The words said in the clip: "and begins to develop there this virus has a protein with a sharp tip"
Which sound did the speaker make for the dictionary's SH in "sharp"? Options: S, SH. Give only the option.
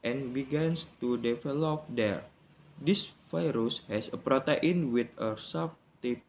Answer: S